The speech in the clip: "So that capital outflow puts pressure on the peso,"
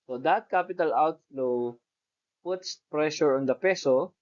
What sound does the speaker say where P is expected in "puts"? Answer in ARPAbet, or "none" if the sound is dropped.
P